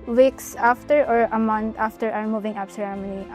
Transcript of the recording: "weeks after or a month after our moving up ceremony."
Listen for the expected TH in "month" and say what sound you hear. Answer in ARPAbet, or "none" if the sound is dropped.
T